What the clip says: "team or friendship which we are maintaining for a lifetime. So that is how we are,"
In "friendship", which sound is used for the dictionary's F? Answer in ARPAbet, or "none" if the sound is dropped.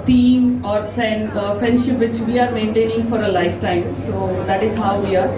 F